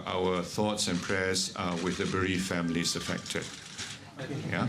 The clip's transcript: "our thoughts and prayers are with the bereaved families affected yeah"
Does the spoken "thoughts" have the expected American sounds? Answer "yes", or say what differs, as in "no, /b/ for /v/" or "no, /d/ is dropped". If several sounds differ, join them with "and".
yes